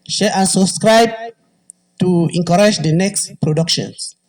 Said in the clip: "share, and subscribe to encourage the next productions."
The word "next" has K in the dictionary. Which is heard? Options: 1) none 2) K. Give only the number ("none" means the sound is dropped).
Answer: 2